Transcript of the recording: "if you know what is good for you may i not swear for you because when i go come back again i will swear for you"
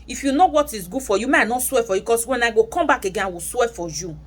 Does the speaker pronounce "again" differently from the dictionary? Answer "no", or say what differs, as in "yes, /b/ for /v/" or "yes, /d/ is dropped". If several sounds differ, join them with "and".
yes, /n/ is dropped